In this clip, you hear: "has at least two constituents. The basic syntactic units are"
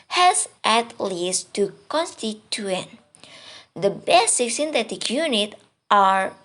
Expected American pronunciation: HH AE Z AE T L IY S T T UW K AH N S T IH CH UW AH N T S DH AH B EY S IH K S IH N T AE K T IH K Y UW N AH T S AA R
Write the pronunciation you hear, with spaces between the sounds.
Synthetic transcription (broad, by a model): HH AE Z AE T L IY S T T UW K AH N S T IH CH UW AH N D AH B EY S IH K S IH N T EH T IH K Y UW N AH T AA R